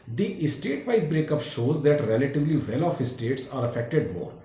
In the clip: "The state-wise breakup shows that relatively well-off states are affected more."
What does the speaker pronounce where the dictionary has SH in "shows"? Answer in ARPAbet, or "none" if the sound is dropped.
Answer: SH